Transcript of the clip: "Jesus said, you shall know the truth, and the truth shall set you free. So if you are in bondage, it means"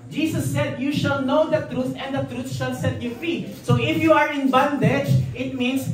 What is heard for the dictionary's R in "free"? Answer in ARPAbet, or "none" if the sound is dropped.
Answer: none